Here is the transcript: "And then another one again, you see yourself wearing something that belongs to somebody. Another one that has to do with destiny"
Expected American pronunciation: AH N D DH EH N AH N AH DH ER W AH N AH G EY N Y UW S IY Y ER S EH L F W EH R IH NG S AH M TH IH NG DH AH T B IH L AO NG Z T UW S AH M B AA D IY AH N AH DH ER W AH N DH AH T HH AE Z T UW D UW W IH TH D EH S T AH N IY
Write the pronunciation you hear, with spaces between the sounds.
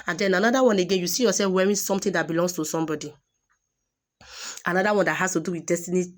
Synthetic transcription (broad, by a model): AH N D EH N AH N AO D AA W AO N AH G EY N Y UW S IY Y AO S EH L F W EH R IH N S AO M T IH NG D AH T B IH L AO NG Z T UW S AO M B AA D IY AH N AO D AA W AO N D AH T HH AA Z T UW D UW W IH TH D EH S T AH N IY